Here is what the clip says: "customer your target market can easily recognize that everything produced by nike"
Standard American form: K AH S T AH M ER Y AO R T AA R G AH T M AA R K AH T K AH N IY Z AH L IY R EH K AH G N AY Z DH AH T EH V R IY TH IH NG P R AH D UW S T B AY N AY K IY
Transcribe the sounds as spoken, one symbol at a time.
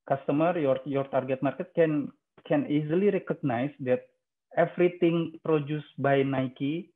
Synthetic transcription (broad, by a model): K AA S T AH M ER Y AO R T AA R G AH T M AA R K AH T K AH N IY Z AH L IY R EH K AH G N AY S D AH T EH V R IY T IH NG P R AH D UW S B AY N AY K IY